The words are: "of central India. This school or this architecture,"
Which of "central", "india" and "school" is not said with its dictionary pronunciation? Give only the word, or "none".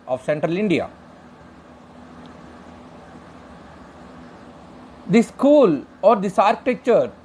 none